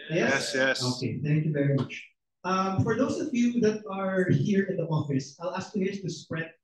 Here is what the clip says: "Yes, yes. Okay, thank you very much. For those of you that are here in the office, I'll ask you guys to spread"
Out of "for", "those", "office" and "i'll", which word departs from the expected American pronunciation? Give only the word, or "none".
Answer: those